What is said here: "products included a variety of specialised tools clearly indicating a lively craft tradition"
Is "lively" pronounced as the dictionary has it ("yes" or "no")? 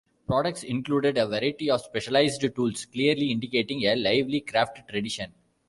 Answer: yes